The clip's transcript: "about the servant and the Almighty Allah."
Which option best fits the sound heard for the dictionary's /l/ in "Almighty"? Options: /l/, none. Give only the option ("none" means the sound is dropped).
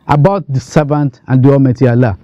none